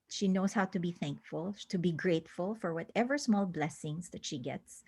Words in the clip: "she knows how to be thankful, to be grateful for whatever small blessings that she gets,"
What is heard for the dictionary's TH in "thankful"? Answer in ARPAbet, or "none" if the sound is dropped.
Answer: TH